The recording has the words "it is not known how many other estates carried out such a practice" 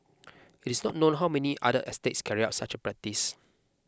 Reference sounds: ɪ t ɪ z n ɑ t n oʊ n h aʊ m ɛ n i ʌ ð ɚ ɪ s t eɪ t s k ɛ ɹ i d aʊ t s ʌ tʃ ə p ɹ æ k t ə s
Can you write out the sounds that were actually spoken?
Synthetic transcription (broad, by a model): ɪ t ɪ s n ɑ t n oʊ n h aʊ m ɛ n i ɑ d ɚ ɪ s t eɪ t s k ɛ ɹ i aʊ t s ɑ tʃ ə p ɹ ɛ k t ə s